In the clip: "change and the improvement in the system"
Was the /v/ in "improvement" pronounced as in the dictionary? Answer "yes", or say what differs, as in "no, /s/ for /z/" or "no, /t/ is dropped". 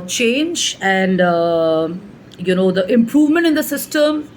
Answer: yes